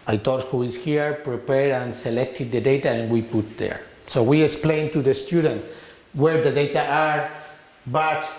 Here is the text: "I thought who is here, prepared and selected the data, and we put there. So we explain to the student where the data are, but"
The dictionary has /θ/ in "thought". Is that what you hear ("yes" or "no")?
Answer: no